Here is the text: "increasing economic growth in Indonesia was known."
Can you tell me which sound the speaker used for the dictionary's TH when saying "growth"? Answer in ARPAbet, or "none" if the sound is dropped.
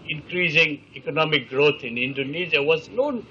T